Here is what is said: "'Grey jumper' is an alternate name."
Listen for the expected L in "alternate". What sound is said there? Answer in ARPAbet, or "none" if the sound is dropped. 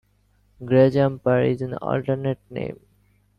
L